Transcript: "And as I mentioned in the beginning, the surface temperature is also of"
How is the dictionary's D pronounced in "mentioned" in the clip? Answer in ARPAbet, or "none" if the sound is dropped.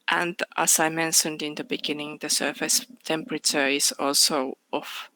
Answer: D